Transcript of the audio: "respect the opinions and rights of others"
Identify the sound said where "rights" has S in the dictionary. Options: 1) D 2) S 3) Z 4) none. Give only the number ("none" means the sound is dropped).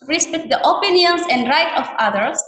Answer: 4